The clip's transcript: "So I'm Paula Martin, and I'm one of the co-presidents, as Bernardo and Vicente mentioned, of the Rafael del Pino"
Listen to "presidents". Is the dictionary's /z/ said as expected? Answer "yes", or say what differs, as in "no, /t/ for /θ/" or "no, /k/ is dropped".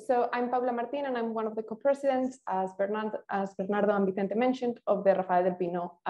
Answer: no, /s/ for /z/